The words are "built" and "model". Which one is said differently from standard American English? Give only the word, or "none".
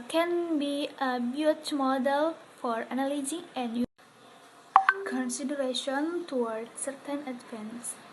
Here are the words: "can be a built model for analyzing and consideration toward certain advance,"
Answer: built